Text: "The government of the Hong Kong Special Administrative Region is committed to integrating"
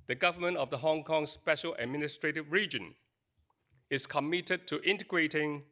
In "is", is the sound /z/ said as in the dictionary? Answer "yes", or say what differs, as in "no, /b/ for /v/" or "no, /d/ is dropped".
no, /s/ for /z/